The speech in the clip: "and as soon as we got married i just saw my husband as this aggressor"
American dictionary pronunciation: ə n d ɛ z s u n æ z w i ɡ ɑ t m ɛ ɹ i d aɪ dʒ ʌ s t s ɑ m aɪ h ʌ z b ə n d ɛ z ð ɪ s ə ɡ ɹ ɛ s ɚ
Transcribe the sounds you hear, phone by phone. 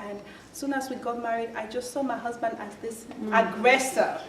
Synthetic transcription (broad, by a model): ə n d s u n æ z w i ɡ ɑ t m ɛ ɹ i d aɪ dʒ ʌ s t s ɑ m aɪ h ʌ z b ə n d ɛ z ð ɪ s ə ɡ ɹ ɛ s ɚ